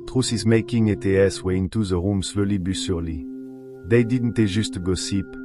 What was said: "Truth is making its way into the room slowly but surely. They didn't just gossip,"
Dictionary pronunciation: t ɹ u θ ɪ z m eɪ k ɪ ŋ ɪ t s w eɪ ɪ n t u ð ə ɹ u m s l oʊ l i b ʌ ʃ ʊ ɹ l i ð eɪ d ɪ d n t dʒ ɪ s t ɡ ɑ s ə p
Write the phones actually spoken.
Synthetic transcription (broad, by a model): t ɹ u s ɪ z m eɪ k ɪ ŋ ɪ t s w eɪ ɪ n t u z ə ɹ u m s l oʊ l i b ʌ s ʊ ɹ l i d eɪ d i d n t ʒ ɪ s t ɡ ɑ s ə p